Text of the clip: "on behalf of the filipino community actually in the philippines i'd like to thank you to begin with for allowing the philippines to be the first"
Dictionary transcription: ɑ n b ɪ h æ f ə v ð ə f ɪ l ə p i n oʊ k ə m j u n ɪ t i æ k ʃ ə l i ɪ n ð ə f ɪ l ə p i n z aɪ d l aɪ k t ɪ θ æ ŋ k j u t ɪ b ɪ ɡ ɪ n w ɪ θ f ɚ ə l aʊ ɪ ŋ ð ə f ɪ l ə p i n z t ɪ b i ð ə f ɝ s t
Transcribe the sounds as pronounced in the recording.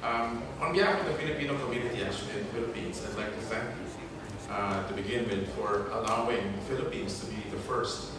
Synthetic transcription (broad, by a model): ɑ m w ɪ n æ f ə ð ə f ɪ l ə p i n oʊ k ə m j u n ɪ t i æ k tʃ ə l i ɪ n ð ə f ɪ l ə p i n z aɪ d l aɪ k t ɪ θ æ ŋ k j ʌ t ɪ b ɪ ɡ ɪ n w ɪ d f ɚ ə l aʊ ɪ ŋ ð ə f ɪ l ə p i n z t ɪ b i ð ə f ɝ s t